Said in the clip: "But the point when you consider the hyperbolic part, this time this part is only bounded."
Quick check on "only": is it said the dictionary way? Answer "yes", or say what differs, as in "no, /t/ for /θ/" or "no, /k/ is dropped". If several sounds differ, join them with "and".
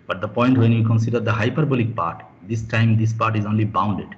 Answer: yes